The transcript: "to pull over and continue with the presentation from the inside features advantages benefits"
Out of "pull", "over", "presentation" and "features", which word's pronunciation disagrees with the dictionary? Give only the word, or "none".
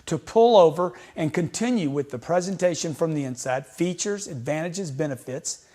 none